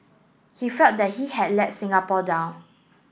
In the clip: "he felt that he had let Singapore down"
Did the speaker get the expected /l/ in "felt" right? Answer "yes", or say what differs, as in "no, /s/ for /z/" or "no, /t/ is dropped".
no, /l/ is dropped